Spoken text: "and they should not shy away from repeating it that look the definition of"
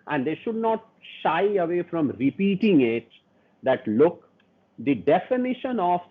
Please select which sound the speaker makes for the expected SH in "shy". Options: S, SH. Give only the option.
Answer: SH